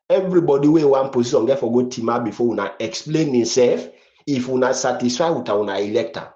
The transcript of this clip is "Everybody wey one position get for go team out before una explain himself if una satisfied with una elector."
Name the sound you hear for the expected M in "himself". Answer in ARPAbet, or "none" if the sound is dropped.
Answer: none